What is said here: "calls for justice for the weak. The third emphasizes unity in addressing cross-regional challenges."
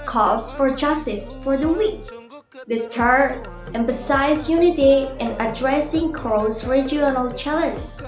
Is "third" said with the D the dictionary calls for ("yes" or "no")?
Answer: no